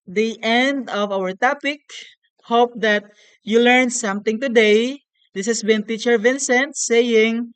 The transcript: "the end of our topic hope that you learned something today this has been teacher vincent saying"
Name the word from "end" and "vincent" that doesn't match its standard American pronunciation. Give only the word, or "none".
none